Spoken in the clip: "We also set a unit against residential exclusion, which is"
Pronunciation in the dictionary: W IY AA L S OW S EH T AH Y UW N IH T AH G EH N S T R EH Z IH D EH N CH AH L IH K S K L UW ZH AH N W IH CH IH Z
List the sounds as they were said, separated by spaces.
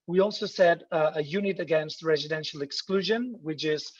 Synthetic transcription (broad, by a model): W IY AA L S OW S EH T AH Y UW N IH T AH G EH N S T R EH Z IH D EH N SH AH L IH K S K L UW ZH AH N W IH CH IH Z